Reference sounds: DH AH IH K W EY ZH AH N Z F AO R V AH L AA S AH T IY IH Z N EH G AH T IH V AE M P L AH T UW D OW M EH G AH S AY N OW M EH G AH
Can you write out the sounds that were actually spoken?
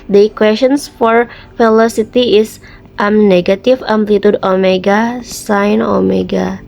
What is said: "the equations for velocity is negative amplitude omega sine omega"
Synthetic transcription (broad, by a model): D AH K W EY S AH N S F AO R F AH L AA S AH T IY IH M N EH G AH T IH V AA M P L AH T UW D OW M EH G AH S AY N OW M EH G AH